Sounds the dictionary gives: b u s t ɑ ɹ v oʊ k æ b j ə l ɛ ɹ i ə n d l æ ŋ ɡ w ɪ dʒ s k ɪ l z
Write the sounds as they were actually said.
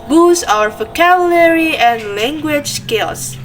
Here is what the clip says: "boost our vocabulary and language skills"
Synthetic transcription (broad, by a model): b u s ɑ ɹ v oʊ k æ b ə l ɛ ɹ i ə n d l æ ŋ ɡ w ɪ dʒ s k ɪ l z